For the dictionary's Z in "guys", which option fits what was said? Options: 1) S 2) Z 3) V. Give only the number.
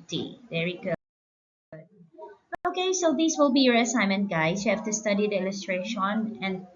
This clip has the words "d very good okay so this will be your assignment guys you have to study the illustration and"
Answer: 1